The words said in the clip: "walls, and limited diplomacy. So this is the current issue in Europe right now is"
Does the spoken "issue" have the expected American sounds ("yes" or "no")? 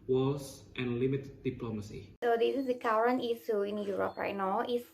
no